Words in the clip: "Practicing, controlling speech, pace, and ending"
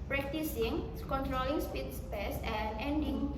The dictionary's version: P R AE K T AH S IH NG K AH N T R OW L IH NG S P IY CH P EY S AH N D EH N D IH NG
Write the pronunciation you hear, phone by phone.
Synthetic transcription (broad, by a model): P R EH K T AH S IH NG K AH N T R OW L IH NG S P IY S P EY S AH N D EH N D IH NG